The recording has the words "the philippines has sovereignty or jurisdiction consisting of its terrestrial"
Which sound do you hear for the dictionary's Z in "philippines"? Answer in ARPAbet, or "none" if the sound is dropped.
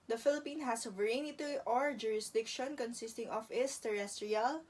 none